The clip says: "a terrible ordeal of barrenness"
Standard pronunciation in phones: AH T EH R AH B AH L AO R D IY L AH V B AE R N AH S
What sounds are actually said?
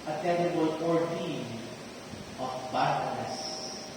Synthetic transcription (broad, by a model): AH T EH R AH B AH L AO R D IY N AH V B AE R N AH S